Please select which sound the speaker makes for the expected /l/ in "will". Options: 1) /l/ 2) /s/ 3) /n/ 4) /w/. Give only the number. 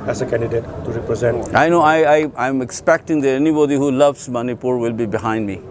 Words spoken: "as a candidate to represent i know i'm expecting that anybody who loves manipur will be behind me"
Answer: 1